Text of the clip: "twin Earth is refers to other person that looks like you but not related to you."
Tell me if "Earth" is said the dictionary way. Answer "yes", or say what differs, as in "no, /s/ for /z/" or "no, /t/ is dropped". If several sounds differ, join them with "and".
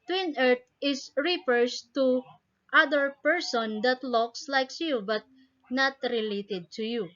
no, /t/ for /θ/